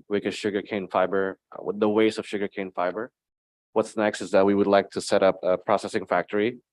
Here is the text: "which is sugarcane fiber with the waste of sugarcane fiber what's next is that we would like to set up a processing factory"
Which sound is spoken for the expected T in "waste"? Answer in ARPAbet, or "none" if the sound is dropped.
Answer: none